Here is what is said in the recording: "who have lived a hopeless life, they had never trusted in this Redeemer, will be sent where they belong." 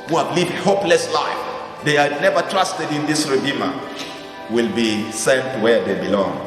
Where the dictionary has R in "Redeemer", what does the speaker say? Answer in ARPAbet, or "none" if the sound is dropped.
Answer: R